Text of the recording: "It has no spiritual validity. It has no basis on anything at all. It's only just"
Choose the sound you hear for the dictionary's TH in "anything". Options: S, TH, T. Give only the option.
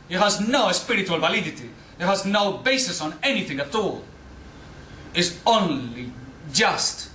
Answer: TH